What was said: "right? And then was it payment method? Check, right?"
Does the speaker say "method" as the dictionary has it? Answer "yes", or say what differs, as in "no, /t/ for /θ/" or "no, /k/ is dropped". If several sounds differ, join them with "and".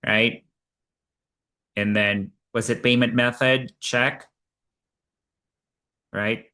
yes